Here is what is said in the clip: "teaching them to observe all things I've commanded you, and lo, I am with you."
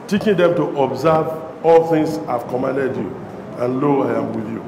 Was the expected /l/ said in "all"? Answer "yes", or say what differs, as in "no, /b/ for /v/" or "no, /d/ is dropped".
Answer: yes